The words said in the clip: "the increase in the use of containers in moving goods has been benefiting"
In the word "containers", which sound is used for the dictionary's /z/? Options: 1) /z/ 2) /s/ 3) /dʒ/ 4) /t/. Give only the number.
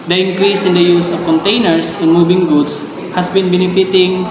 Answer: 2